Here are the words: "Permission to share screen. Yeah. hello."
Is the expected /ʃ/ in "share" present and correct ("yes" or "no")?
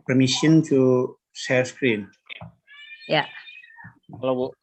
no